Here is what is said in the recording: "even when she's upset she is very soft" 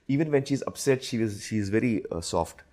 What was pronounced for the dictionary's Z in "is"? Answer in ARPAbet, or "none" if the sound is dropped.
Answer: Z